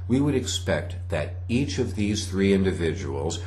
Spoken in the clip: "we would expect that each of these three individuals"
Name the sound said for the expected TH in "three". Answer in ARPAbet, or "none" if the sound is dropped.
TH